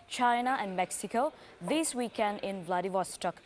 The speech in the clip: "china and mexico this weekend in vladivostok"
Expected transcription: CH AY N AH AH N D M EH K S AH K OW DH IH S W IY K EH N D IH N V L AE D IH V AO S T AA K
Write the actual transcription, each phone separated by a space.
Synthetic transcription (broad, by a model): CH AY N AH AH N D M EH K S AH K OW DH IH S W IY K EH N D IH N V L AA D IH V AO S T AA K